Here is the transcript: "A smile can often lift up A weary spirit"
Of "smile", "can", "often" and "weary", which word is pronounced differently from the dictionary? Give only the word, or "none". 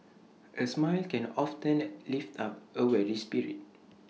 weary